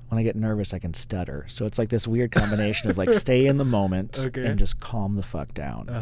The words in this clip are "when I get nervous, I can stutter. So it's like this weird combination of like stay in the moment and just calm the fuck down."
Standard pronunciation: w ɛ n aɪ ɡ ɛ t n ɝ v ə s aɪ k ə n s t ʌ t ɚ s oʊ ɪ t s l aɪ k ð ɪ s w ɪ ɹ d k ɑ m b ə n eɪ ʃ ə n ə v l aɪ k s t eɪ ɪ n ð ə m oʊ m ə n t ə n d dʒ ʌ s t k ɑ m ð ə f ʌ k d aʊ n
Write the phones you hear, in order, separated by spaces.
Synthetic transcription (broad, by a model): w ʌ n aɪ ɡ ɛ t n ɝ v ə s aɪ k ə n s t ʌ t ɚ s oʊ ɪ t s l aɪ k ð ɪ s w ɪ ɹ d k ɑ m b ə n eɪ ʃ ə n ə v l aɪ k s t eɪ ɪ n ð ə m oʊ m ə n t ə n dʒ ʌ s k ɑ m ð ə f ʌ k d aʊ n